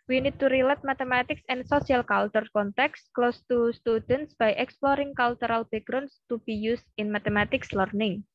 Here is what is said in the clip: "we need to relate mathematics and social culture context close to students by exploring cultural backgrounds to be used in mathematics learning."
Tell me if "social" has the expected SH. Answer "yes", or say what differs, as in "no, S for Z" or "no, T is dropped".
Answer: no, S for SH